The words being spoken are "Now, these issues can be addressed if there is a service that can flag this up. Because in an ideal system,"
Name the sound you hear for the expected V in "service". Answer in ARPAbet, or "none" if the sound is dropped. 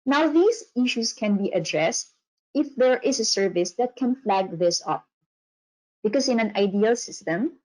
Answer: V